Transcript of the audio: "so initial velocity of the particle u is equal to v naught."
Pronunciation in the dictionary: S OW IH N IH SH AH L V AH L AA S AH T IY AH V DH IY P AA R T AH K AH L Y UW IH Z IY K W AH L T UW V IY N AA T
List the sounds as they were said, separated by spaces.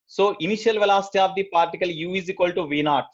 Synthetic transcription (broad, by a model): S OW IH N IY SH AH L V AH L AA S T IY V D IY P AA R T AH K AH L Y UW IH Z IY K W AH L T UW V IY N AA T